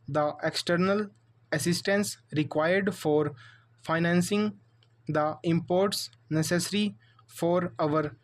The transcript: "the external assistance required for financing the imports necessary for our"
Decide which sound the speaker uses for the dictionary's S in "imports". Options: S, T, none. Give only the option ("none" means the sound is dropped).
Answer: S